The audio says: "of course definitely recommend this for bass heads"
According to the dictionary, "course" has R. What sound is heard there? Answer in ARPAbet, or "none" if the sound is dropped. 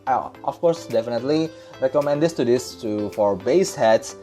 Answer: R